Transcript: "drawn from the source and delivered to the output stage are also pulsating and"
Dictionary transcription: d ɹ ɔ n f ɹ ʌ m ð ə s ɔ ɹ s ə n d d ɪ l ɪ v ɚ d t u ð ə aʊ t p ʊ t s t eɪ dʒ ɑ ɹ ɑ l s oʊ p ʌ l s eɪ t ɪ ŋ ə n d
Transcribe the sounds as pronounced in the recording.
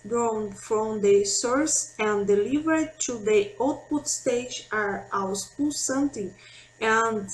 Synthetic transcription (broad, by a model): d ɹ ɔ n f ɹ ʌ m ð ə s ɔ ɹ s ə n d d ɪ l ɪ v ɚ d t u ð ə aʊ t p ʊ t s t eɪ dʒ ɑ ɹ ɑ w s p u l s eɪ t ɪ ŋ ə n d